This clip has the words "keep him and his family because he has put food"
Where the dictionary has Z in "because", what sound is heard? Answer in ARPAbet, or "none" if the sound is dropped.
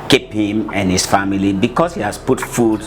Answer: S